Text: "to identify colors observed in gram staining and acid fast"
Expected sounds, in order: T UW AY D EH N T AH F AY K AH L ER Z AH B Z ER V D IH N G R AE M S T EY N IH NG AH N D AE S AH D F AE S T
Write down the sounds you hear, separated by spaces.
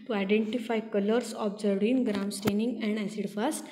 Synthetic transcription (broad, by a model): T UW AY D EH N T AH F AY K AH L ER S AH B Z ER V IH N G R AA M S T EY N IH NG AH N D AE S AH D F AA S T